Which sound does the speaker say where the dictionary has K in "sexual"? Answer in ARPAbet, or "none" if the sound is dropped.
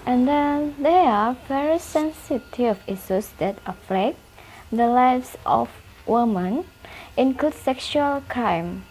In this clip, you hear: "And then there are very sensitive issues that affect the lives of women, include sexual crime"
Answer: K